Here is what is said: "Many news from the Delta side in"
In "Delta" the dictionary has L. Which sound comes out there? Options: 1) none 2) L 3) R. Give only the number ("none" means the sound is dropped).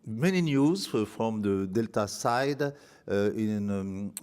2